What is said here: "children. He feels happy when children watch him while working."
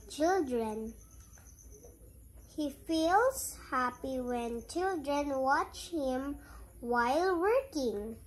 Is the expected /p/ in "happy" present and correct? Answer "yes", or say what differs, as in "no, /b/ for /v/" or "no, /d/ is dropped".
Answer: yes